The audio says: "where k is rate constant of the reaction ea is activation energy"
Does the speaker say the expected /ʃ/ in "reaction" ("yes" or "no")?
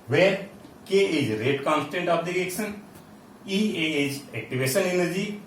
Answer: no